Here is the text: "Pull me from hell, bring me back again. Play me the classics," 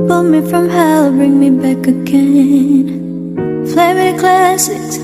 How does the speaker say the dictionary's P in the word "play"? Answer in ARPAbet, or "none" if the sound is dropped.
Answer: F